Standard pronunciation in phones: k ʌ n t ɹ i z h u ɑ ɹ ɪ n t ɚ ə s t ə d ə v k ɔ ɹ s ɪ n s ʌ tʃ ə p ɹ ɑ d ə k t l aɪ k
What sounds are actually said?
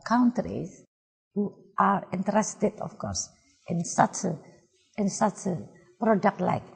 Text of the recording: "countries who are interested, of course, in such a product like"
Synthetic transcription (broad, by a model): k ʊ n t ɹ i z h u ɑ ɹ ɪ n t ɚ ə s t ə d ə f k ɔ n s ɪ n s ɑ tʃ ə p ɹ ɑ d ə k t l aɪ k